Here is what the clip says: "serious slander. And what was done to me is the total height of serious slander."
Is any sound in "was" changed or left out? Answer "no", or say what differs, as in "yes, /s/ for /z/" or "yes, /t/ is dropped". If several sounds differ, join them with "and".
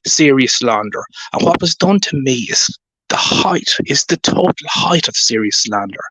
no